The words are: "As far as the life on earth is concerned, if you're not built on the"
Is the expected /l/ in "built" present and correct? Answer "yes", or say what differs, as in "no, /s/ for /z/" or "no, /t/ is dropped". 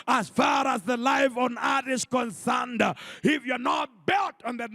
yes